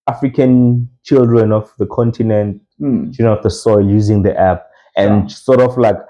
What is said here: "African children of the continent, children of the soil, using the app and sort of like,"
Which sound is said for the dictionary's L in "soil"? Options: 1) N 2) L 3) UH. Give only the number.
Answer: 2